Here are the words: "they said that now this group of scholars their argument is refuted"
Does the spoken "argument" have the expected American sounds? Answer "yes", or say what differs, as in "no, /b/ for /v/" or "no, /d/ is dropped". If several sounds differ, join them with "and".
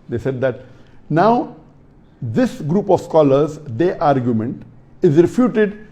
yes